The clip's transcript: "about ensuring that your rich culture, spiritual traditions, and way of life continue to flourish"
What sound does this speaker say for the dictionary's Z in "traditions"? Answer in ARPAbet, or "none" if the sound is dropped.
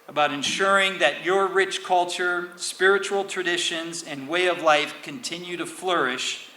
Z